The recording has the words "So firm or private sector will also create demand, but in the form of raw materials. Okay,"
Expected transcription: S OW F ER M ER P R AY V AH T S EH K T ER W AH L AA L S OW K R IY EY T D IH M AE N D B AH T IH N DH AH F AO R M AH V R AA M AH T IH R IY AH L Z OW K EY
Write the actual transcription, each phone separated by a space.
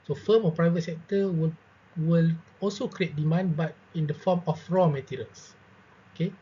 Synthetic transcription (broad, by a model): S OW F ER M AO P R AY V AH T S EH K T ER W AH L AA L S OW K R IY EY T D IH M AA N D B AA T IH N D AH F AO M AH F R AA M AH T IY R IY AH L S OW K EY